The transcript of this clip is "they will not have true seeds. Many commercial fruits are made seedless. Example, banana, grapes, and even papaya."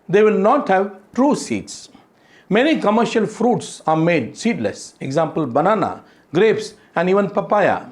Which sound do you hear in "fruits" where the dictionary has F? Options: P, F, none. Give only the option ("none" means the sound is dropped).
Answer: F